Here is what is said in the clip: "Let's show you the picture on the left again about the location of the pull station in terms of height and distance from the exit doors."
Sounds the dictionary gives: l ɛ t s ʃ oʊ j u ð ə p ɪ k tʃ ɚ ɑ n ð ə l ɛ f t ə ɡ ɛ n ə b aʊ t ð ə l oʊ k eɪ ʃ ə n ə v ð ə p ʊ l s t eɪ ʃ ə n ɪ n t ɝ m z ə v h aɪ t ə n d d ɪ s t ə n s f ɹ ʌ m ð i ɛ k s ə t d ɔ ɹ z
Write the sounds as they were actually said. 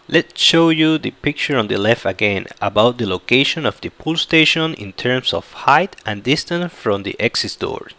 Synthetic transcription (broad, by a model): l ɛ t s ʃ oʊ j u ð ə p ɪ k tʃ ɚ ɑ n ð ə l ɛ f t ə ɡ ɛ n ə b aʊ t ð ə l oʊ k eɪ ʃ ə n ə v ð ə p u l s t eɪ ʃ ə n ɪ n t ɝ m s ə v h aɪ t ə n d d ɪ s t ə n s f ɹ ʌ m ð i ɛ k s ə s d ɔ ɹ